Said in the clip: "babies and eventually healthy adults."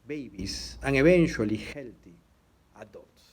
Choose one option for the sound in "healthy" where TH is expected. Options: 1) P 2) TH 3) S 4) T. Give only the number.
4